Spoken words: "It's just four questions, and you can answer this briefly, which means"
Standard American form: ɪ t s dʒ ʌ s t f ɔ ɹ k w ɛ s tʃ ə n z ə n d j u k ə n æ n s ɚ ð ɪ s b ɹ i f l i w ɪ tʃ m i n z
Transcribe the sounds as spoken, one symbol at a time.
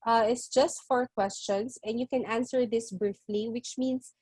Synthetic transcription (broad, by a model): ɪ t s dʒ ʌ s t f ɔ ɹ k w ɛ s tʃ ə n s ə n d j u k ə n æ n s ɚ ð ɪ s b ɹ i f l i w ɪ tʃ m i n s